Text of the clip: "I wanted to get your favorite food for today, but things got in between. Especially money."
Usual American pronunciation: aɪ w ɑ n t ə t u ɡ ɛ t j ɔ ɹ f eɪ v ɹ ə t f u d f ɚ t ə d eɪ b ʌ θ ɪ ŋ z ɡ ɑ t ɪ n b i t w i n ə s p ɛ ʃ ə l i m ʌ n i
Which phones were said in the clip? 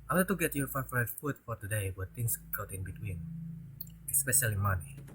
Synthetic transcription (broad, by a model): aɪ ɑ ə t u ɡ ɛ t j ɔ ɹ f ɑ f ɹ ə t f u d f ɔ t ə d eɪ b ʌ t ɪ ŋ s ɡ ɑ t ɪ n b i t w i n ə s p ɛ ʃ ə l i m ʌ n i